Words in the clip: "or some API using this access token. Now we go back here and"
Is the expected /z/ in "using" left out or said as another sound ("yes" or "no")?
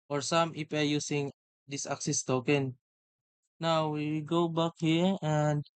yes